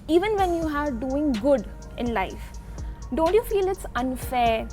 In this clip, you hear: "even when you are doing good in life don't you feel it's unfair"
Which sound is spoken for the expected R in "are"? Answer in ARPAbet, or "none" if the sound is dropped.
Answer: R